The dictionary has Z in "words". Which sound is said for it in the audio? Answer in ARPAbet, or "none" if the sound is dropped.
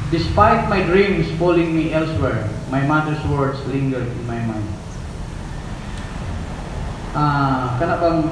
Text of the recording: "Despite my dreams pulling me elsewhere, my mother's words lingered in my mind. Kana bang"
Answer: S